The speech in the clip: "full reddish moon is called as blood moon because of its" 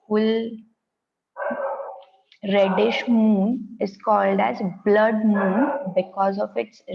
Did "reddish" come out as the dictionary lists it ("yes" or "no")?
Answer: yes